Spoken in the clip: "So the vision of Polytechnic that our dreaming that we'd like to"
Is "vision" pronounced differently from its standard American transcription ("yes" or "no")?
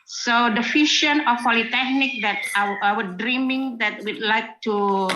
yes